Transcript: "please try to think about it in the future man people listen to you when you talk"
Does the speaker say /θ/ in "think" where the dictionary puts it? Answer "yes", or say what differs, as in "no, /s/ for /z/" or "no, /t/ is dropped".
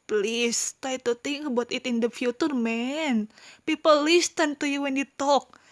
no, /t/ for /θ/